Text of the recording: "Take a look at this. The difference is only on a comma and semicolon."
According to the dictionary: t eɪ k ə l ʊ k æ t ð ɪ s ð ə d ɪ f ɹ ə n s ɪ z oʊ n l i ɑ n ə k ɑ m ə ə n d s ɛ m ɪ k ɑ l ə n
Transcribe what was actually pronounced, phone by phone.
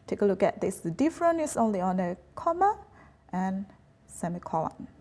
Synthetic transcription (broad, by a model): t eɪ k ə l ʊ k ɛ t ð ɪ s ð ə d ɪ f ɹ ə n ɪ s oʊ n l i ɑ n ə k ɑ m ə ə n s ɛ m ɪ k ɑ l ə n